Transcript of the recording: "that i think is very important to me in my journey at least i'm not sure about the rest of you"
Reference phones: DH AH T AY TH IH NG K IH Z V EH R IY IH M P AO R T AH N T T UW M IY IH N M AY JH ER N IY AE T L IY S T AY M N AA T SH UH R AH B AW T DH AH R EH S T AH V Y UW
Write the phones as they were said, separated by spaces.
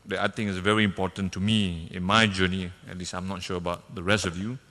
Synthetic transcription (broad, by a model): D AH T AY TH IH NG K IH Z V EH R IY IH M P AO T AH N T T UW M IY IH N M AY JH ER N IY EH T L IY S AY M N AA T SH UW AH B AW T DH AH R EH S T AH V Y UW